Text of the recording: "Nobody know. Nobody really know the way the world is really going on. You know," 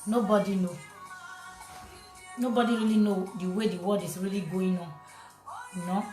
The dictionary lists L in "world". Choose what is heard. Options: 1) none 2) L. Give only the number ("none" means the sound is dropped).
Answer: 1